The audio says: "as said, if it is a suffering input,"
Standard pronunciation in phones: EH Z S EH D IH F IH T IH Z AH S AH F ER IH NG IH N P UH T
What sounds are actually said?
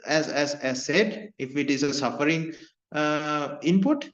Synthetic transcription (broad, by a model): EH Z S EH D IH F IH T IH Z AH S AH F ER IH NG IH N P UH T